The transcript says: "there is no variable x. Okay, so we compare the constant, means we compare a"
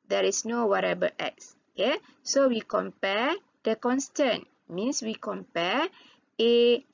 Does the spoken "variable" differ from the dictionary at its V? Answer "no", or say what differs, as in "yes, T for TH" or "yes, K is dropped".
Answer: yes, W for V